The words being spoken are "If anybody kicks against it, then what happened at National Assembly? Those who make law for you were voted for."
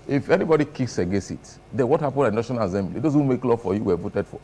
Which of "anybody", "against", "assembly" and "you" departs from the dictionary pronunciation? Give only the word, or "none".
against